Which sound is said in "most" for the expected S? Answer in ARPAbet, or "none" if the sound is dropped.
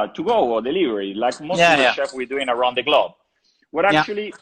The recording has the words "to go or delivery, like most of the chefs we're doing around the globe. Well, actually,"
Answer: none